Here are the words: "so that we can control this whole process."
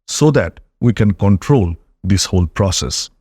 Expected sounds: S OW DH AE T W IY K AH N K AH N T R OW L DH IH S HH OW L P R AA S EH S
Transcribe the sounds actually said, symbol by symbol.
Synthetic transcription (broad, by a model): S OW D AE T W IY K AH N K AH N T R OW L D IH S HH OW L P R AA S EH S